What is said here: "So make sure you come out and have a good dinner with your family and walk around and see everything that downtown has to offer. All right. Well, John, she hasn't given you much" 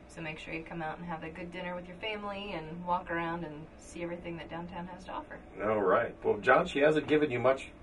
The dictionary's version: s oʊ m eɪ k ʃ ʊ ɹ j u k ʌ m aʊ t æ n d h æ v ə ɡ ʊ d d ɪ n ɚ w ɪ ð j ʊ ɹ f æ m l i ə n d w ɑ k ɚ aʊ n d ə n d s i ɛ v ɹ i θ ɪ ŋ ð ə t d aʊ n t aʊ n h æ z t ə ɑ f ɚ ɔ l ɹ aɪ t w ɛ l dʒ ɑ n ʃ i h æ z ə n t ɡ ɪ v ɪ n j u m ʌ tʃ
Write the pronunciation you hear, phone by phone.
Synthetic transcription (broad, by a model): s oʊ m eɪ k ʃ ʊ ɹ j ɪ k ʌ m aʊ t n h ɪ v ə ɡ ʊ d d ɪ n ɚ w ɪ ð j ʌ ɹ f æ m l i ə n w ɑ k ɚ aʊ n d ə n s i ɛ v ɹ i θ ɪ ŋ ð ə t d aʊ n t aʊ n h æ z t ə ɑ f ɚ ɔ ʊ ɹ aɪ t w ɛ l dʒ ɑ n ʃ i h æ z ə n ɡ ɪ v ɪ n j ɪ m ʌ tʃ